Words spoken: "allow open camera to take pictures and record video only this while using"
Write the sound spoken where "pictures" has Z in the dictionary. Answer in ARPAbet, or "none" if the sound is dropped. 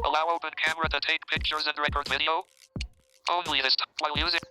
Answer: Z